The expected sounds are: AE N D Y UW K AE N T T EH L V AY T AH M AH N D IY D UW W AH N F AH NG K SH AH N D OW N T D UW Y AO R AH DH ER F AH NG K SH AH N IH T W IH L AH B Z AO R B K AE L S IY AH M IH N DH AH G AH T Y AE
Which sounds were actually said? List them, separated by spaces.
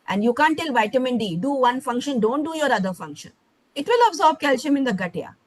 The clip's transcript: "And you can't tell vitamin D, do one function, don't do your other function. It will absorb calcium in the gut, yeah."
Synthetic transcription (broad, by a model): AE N D Y UW K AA N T T EH L V AY T AH M AH N D IY D UW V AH N F AH NG K SH AH N D OW N T D UW Y AO R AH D ER F AH NG K SH AH N IH T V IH L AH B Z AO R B K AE L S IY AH M IH N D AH G AH T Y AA